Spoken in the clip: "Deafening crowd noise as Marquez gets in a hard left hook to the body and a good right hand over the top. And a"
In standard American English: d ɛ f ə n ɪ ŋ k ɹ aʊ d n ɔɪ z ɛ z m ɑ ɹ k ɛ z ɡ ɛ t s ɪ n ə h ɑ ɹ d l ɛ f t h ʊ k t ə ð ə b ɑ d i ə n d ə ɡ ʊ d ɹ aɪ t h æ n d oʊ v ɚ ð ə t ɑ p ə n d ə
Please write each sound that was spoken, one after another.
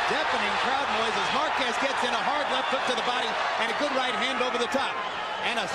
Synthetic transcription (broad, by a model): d ɛ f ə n ɪ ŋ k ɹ aʊ d n ɔɪ z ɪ z m ɑ ɹ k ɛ s ɡ ɛ t s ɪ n ə h ɑ ɹ d l ɛ f t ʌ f t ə ð ə b ɑ d i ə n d ə ɡ ʊ d ɹ aɪ t h æ n d oʊ v ɚ ð ə t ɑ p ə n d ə